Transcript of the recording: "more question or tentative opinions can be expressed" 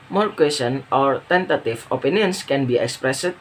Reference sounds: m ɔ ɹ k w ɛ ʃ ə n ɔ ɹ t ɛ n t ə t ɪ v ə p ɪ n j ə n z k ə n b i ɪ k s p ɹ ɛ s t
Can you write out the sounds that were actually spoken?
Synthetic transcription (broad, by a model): m ɔ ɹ k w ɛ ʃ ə n ɔ ɹ t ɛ n t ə t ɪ f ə p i n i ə n s k ə n b i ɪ k s p ɹ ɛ s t